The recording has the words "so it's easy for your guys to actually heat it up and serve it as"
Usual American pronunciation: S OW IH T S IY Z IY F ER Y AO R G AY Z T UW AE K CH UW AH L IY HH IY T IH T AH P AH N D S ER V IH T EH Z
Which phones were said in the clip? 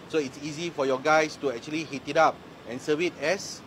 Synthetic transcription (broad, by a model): S OW IH T S IY Z IY F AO Y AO G AY S T UW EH K CH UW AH L IY HH IY T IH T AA P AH N S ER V IH T EH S